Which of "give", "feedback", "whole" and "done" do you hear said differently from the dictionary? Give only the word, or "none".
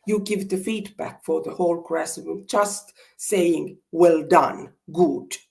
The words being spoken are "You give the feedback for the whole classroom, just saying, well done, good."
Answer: none